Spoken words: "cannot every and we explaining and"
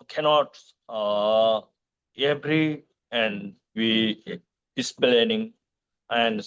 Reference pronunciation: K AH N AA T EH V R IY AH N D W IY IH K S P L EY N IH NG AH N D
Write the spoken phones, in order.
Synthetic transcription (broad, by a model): K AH N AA T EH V R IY AH N D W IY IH S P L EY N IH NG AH N D